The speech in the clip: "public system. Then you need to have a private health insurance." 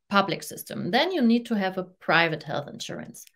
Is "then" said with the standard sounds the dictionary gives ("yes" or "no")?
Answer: yes